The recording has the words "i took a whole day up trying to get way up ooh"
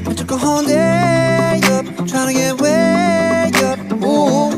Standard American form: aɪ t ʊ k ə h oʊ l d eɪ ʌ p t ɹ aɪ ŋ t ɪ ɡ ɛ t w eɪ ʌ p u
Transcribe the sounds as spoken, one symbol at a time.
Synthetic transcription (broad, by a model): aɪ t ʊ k ə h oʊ n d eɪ ʌ p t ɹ aɪ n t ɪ ɡ ɛ t w eɪ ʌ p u